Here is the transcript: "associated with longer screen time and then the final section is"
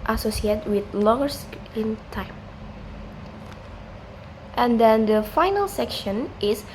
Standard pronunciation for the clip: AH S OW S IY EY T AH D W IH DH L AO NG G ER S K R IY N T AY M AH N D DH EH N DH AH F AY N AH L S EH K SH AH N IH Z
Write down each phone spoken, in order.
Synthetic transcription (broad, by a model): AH S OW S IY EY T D W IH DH L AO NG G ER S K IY N T AY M AH N D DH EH N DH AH F AY N AH L S EH K SH AH N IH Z